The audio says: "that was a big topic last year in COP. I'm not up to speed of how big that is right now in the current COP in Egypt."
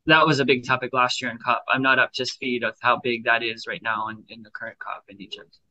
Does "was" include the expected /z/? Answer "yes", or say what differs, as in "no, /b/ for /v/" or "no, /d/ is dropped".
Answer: yes